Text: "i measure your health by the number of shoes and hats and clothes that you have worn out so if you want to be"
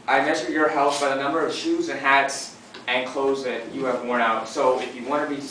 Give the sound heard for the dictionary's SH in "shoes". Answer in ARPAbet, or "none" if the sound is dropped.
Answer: SH